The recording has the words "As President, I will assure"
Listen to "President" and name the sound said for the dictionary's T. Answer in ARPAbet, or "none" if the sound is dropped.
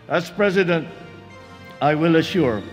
T